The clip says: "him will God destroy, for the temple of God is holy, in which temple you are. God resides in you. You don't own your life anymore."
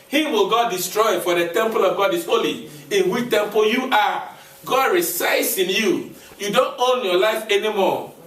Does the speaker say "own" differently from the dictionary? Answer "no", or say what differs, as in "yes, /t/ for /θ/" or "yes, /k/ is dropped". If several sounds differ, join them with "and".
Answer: no